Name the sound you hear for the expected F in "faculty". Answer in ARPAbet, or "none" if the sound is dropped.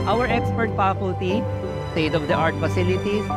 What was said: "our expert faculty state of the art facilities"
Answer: P